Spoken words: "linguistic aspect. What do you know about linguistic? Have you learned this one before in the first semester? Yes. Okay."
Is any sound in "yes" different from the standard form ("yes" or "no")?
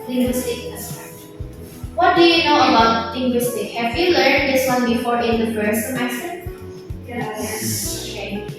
yes